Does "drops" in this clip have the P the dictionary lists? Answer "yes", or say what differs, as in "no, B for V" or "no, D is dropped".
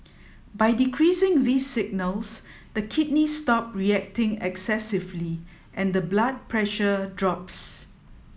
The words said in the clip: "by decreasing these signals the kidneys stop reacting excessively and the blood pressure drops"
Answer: yes